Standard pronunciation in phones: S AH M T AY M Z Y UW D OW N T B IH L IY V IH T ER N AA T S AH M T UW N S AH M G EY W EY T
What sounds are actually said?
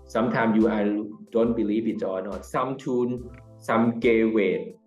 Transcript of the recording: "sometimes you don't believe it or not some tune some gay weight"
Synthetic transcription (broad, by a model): S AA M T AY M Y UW D OW N T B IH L IY P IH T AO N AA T S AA M T UW N S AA M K EY W EY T